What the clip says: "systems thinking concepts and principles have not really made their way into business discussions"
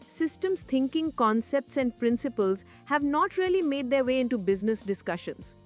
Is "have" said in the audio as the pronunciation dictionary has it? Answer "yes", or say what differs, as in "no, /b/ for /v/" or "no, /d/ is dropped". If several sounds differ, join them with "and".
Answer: yes